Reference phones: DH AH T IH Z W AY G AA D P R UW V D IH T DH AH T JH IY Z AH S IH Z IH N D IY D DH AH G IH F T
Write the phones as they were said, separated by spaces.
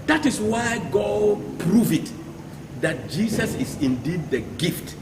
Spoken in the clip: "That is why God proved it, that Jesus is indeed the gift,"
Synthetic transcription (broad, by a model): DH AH T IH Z W AY G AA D P R UW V IH T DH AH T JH IY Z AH S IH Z IH N D IY D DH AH G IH F T